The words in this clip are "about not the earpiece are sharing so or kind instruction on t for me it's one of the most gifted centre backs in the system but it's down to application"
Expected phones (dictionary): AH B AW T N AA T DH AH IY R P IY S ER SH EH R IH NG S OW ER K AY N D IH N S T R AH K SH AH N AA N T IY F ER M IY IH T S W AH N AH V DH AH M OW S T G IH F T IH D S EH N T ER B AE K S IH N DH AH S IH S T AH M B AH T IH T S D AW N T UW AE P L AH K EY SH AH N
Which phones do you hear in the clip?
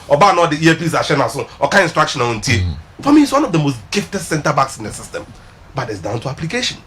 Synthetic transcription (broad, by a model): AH B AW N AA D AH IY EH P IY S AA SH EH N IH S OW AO K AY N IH N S T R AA K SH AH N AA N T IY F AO M IY IH T S W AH N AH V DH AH M OW S T G IH F T IH D S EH N T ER B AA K S IH N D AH S IH S T AH M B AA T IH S D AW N T UW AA P L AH K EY SH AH N